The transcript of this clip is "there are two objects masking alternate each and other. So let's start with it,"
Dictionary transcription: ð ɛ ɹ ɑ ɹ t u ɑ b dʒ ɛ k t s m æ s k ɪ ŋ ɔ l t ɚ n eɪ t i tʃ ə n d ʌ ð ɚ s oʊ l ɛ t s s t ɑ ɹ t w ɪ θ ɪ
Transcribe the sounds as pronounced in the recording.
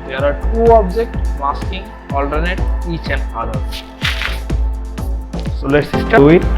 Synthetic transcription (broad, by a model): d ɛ ɹ ɑ ɹ t u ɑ b dʒ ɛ k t m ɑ s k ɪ ŋ ɔ l t ɚ n eɪ t i tʃ ə n d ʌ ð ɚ s oʊ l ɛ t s s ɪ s t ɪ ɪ